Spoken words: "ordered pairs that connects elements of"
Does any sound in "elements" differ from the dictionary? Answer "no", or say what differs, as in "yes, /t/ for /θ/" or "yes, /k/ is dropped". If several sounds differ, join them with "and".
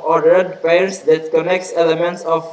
no